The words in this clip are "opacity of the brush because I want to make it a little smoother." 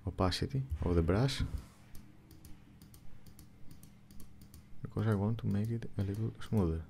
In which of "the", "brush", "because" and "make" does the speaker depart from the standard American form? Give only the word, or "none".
brush